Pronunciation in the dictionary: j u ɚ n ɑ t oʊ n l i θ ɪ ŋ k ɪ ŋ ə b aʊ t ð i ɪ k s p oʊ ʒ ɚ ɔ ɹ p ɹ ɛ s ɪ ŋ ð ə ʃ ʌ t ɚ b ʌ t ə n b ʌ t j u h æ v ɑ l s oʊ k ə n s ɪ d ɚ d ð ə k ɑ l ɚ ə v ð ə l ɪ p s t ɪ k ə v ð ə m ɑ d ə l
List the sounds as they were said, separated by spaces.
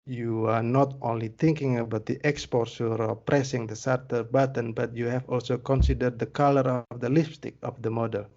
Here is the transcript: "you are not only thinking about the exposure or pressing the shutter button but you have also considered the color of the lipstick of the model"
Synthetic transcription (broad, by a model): j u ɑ n ɑ t oʊ n l i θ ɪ ŋ k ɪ ŋ ə b aʊ t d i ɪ k s p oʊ s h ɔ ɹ p ɹ ɛ s ɪ ŋ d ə s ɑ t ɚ b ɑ t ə n b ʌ t j u h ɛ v ɑ l s oʊ k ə n s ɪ d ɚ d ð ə k ɑ l ɚ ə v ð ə l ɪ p s t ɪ k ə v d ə m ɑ d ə l